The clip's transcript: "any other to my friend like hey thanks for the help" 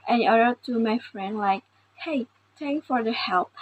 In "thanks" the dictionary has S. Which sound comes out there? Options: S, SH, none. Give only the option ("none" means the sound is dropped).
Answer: none